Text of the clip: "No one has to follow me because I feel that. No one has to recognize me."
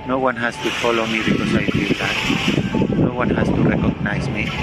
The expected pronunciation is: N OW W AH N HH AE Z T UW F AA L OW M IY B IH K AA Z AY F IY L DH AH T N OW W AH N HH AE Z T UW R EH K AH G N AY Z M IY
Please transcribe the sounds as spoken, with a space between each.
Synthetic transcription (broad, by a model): N OW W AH N HH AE S T UW F AA L OW M IY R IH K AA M AY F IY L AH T N OW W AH N HH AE S T UW R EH K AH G N AY S M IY